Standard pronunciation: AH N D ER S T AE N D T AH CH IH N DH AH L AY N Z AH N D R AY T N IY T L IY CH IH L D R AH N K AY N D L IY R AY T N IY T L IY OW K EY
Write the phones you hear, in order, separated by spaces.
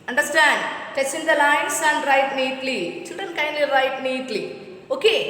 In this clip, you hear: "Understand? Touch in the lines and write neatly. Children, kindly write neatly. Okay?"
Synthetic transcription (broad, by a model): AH N D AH S T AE N D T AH S IH N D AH L AY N S AH N D R AY T N IY T L IY CH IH L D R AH N K AY N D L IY R AY T N IY T L IY OW K EY